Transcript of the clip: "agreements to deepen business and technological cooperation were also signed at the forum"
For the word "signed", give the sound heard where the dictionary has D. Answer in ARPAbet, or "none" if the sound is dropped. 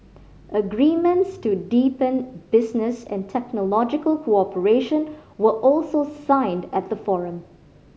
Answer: D